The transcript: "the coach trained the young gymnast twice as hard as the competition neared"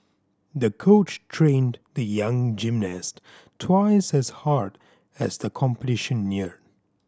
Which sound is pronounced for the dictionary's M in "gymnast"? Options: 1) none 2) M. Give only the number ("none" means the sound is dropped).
2